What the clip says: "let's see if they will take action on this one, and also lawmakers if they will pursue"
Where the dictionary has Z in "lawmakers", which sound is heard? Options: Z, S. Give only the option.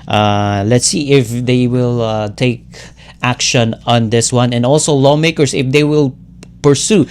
S